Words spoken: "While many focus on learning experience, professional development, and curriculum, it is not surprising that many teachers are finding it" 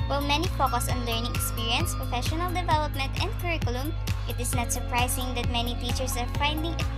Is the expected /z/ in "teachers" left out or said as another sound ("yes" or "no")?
yes